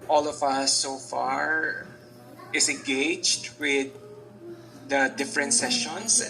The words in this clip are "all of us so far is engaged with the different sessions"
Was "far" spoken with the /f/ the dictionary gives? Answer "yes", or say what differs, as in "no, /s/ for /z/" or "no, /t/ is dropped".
yes